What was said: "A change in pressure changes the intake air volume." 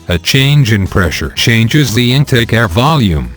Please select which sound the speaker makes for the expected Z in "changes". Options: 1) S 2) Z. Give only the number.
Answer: 2